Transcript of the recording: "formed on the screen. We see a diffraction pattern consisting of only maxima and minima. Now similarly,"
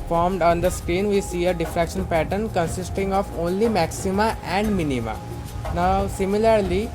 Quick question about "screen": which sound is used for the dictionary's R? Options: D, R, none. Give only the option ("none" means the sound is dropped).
R